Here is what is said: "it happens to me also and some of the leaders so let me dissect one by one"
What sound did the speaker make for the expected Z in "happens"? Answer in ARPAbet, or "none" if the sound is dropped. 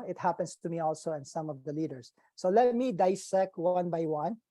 S